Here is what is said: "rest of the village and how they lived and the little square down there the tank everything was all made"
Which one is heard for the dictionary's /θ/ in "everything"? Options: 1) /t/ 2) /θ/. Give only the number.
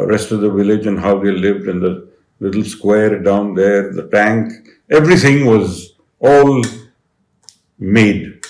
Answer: 1